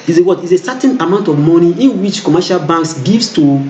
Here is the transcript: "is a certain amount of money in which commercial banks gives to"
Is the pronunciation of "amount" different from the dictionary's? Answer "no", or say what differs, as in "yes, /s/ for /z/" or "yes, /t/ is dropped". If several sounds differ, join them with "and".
no